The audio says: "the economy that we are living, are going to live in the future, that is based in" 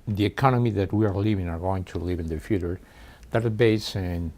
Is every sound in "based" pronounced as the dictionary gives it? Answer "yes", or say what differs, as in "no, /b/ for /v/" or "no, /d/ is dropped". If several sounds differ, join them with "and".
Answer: no, /t/ is dropped